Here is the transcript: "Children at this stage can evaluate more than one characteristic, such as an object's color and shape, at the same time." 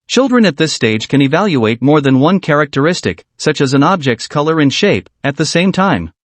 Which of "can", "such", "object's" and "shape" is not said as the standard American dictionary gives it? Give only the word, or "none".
none